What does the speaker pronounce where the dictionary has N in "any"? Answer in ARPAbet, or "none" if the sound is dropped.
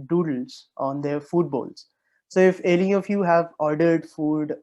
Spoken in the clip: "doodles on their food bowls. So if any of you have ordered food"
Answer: L